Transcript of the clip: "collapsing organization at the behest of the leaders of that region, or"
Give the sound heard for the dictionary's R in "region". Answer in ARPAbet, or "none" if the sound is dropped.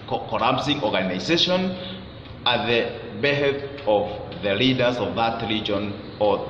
L